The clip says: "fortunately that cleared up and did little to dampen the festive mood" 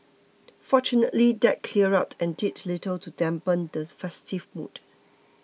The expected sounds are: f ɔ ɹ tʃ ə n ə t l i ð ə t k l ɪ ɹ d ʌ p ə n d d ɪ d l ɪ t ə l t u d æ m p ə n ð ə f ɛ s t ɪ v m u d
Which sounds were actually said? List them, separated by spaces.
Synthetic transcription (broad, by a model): f ɔ tʃ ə n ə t l i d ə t k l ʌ ɹ ɑ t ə n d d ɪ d l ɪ t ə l t u d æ m p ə n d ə f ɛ s t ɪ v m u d